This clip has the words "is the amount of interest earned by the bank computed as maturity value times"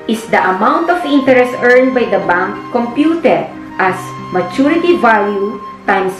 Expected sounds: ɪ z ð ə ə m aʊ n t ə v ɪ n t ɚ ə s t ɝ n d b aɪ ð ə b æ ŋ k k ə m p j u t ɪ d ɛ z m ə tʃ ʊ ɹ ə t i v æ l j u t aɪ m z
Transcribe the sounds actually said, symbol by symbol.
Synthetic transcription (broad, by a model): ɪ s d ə ə m aʊ n t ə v ɪ n t ɚ ə s t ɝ n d b aɪ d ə b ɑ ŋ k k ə m p j u t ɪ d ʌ s m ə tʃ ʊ ɹ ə t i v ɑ l j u t aɪ m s